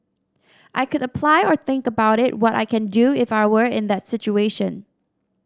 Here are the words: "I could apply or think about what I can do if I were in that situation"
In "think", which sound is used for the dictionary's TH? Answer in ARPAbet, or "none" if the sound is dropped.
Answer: TH